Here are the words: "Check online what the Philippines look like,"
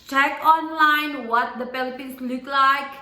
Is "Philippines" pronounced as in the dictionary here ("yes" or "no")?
no